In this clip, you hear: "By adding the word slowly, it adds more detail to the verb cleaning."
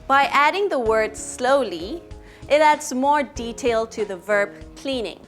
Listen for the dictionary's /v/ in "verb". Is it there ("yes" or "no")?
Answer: yes